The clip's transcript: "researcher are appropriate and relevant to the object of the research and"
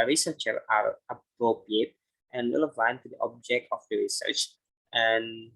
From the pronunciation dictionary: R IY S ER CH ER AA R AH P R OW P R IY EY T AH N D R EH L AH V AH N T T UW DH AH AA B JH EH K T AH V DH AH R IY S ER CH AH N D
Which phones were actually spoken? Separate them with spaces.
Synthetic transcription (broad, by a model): R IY S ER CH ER AA R AH P R OW P R IY EY T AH N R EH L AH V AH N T T UW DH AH AA B JH EH K T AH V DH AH R IY S ER CH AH N